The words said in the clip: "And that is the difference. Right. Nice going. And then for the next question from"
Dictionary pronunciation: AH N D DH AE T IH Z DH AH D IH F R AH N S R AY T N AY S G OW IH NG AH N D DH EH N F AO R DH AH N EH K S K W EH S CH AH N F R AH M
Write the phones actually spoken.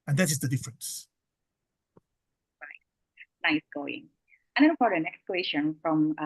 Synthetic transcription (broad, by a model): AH N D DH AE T IH Z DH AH D IH F R AH N S R AY T N AY S G OW IH NG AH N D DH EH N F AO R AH N EH K S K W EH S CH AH N F R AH M